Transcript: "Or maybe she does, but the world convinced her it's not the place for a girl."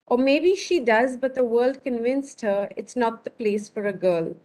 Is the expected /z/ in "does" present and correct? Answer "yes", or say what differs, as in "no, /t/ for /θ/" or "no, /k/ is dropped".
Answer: yes